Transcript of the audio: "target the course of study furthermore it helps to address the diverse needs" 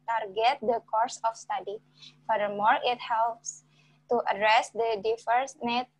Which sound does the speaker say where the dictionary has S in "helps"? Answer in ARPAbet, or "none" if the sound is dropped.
S